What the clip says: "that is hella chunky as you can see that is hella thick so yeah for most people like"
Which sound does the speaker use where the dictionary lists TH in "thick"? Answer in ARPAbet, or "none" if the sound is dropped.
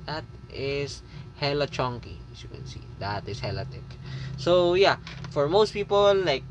T